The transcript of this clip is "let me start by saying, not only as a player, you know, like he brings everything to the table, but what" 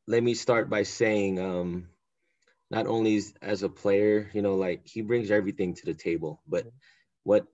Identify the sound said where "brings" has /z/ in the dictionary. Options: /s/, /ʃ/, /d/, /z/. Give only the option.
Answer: /z/